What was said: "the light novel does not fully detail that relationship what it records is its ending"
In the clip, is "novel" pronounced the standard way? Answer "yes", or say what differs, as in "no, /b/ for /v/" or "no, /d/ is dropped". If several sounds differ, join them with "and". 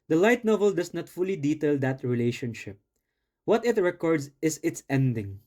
yes